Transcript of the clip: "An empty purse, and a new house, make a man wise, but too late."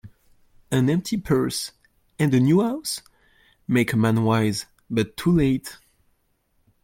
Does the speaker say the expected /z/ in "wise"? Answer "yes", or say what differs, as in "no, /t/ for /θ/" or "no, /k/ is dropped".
yes